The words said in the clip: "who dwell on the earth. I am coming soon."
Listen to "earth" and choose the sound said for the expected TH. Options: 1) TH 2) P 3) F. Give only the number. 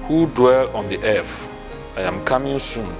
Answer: 3